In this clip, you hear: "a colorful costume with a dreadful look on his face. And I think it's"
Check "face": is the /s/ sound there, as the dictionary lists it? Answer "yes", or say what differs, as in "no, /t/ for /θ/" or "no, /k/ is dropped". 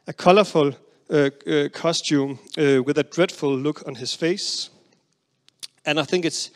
yes